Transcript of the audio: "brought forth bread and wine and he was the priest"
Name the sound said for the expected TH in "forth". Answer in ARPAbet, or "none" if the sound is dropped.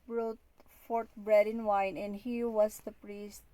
T